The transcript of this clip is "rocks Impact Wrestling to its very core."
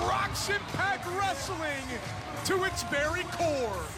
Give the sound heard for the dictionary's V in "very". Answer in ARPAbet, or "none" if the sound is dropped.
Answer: B